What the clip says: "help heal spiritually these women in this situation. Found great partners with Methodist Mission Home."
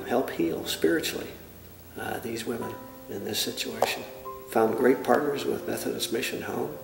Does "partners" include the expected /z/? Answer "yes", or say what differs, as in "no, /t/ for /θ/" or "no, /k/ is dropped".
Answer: yes